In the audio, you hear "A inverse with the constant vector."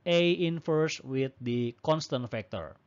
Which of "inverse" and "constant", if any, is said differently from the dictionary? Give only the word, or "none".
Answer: inverse